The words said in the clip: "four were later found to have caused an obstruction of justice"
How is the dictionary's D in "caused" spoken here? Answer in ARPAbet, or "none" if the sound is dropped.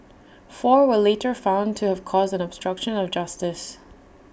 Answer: D